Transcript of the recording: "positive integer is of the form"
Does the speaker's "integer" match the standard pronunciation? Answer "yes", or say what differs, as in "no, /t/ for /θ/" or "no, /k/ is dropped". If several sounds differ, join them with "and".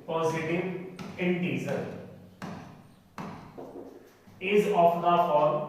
no, /z/ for /dʒ/